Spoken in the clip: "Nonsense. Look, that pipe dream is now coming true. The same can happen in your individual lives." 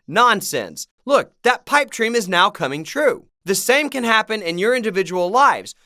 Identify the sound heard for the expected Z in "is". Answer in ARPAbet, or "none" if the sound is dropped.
Z